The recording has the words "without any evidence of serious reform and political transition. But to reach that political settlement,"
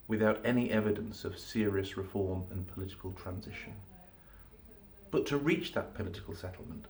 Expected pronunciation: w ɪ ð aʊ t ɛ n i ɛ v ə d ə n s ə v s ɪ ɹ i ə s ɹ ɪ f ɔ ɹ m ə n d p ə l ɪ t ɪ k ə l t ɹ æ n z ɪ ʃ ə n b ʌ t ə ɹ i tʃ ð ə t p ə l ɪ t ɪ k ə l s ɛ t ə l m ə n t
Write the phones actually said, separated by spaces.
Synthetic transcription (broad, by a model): w ɪ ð aʊ t ɛ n i ɛ v ə d ə n s ə v s ɪ ɹ i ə s ɹ ɪ f ɔ ɹ m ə n p ə l ɪ t ɪ k ə l t ɹ æ n z ɪ ʃ ə n b ʌ t ə ɹ i tʃ ð ə t p ə l ɪ t ɪ k ə l s ɛ t l m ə n t